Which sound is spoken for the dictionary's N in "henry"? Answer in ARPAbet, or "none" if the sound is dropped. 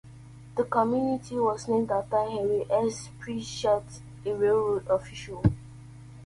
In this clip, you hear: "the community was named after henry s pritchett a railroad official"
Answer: none